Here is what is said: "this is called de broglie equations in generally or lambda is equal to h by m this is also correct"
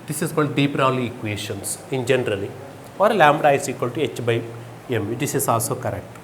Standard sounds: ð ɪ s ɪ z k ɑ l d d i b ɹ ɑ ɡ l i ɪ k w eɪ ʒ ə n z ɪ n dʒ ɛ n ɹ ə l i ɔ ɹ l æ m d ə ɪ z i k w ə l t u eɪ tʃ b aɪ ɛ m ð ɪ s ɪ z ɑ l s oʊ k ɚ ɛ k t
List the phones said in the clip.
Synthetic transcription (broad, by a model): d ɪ s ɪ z k ɑ l d d i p ɹ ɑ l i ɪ k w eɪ ʃ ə n s ɪ n dʒ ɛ n ɹ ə l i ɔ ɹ l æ m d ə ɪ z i k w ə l t u eɪ tʃ b aɪ ɛ m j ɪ s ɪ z ɑ l s oʊ k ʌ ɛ k t